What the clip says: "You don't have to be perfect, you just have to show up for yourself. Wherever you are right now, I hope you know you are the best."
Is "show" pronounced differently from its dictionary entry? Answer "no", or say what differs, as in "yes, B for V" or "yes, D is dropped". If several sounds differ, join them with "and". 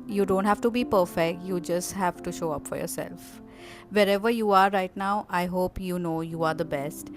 no